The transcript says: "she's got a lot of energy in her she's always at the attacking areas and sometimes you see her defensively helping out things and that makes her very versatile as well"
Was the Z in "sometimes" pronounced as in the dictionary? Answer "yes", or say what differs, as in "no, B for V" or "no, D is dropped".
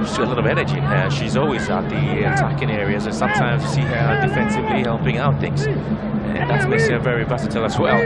yes